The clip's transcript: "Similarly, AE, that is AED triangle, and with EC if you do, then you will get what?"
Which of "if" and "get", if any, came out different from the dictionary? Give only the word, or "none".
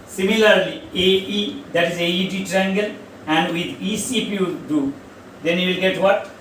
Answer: if